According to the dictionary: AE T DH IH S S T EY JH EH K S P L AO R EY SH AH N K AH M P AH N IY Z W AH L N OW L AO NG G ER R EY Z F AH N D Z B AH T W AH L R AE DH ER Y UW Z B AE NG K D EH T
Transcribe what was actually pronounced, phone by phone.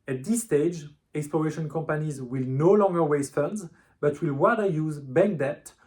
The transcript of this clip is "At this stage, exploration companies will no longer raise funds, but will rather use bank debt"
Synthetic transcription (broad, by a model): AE T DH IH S S T EY JH EH K S P L AO R EY SH AH N K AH M P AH N IY Z W AH L N OW L AO NG G ER W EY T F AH N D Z B AH T W AH L W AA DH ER Y UW Z B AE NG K D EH T